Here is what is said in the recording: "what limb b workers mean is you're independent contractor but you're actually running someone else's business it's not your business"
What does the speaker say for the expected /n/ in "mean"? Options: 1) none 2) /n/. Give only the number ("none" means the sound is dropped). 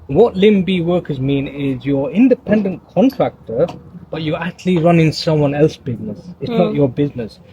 2